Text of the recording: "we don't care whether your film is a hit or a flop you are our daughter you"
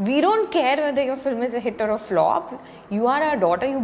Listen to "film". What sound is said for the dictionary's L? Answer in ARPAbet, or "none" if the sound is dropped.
L